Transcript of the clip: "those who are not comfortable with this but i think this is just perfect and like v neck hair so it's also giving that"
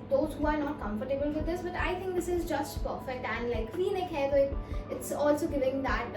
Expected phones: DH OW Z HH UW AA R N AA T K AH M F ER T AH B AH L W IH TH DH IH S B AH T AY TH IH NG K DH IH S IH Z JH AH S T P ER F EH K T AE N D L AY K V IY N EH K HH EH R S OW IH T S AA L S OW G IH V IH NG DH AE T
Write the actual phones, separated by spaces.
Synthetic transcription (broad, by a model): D OW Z HH UW AA R N AA T K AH M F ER T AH B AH L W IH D IH S B AH T AY T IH NG K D IH S IH Z JH AH S T P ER F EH K T AE N D L AY K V IY N EH K HH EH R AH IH IH T S AA L S OW G IH V IH NG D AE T